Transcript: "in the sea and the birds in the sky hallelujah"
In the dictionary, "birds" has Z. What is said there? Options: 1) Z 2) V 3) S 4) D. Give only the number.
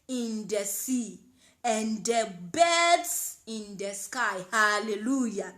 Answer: 3